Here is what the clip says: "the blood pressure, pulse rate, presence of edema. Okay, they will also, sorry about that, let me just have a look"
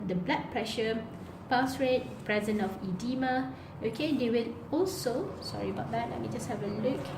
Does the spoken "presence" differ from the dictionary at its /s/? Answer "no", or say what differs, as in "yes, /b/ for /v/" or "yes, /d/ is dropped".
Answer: yes, /s/ is dropped